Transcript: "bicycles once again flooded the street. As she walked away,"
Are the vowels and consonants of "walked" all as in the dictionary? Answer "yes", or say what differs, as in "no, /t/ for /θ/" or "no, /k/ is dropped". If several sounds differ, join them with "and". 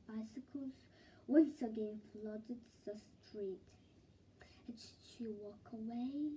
no, /t/ is dropped